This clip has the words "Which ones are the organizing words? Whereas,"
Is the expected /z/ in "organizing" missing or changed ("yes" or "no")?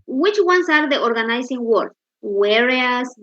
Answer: yes